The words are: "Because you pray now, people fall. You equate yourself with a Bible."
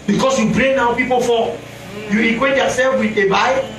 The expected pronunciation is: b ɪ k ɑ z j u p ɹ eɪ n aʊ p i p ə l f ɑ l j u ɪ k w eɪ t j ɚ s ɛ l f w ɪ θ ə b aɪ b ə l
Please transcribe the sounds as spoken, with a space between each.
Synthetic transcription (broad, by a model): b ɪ k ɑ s j u b ɹ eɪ n aʊ p i p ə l f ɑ j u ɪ k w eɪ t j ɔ s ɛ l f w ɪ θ ə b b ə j